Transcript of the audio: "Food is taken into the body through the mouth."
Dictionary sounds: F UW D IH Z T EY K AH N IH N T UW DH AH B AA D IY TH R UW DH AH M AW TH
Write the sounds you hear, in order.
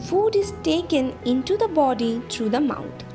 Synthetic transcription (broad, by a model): F UW D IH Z T EY K AH N IH N T UW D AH B AA D IY T R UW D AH M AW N